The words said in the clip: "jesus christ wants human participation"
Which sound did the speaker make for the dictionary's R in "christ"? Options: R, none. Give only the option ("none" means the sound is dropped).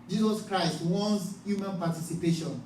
R